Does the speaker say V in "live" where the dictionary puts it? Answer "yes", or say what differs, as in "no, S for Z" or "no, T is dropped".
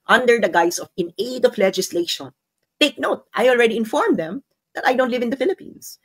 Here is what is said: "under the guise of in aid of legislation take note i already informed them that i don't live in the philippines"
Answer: yes